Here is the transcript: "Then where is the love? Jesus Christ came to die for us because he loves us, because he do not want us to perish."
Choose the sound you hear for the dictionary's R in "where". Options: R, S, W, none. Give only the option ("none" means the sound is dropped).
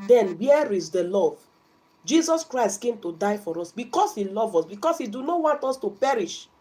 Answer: R